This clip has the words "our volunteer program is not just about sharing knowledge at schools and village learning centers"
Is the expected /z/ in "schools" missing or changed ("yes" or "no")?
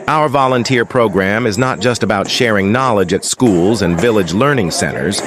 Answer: no